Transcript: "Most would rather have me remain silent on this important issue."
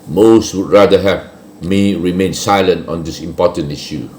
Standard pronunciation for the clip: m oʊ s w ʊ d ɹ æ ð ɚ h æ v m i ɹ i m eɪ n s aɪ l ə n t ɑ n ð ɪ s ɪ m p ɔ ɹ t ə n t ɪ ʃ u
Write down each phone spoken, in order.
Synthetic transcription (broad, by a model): m oʊ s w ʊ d ɹ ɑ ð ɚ h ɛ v m i ɹ i m eɪ n s aɪ l ə n t ɑ n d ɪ s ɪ m p ɔ t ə n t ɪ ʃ u